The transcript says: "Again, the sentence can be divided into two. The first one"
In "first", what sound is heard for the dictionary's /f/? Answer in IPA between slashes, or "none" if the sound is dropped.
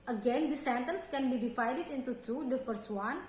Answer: /p/